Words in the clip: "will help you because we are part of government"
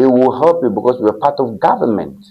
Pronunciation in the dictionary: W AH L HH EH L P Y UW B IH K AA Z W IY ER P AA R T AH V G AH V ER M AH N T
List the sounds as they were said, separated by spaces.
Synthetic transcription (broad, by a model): W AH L HH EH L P Y UW B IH K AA S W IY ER P AA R T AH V G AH V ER M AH N T